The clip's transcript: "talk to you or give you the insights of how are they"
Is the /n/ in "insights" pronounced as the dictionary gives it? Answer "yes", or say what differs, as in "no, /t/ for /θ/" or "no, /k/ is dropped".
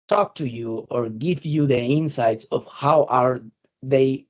yes